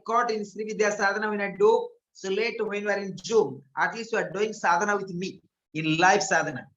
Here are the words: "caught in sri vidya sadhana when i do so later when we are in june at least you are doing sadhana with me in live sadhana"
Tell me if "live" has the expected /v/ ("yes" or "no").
no